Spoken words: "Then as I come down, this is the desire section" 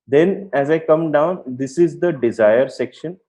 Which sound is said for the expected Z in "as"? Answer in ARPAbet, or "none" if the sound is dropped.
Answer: Z